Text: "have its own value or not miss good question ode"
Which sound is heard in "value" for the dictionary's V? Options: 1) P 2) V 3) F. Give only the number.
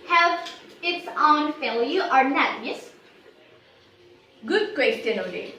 3